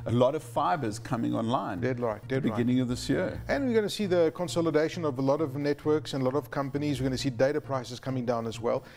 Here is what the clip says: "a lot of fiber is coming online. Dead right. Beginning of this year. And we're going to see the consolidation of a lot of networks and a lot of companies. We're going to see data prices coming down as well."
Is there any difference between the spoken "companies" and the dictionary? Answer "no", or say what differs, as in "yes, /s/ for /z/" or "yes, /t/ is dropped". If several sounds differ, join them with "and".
no